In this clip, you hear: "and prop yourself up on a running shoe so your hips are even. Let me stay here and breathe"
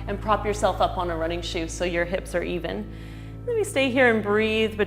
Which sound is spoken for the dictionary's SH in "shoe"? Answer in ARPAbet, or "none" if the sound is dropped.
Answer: SH